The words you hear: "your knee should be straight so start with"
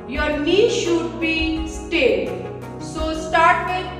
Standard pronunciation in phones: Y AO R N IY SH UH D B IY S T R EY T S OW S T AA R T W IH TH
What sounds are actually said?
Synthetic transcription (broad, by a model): Y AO R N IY SH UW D B IY S T EY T S OW S T AA R T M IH